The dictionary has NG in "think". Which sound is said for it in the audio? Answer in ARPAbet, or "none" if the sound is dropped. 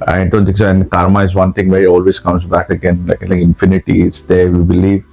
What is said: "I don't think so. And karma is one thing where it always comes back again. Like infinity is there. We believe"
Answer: none